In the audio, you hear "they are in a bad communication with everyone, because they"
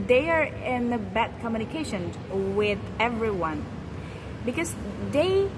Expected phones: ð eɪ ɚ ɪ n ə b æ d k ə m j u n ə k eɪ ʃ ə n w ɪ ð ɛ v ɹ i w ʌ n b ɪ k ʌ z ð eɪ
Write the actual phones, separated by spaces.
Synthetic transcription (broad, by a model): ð eɪ ɚ ɪ n ə b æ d k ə m j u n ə k eɪ ʃ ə n w ɪ ð ɛ v ɹ i w ʌ n b ɪ k ʌ z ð eɪ